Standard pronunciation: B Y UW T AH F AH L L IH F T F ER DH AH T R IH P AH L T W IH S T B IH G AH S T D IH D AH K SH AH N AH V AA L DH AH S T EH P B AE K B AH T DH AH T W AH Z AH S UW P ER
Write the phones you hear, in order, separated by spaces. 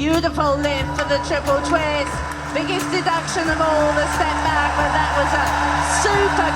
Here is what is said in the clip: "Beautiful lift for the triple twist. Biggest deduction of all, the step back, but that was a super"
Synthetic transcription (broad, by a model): Y UW T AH F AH L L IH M F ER DH AH T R IH P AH L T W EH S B IH G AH S D IH D AH K SH AH N AH V AA L DH AH S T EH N B AE K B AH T DH AH T W AH Z AH S UW P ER